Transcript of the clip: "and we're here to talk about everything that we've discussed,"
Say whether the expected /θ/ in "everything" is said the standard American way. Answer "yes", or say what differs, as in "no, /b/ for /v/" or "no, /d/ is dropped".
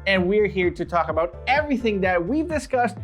yes